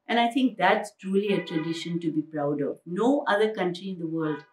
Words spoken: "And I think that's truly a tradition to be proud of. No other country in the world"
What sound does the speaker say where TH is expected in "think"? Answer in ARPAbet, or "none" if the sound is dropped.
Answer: T